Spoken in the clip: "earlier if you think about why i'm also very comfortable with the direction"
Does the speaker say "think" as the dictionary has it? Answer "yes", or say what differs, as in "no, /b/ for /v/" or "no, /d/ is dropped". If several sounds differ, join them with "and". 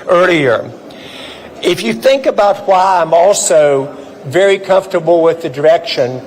yes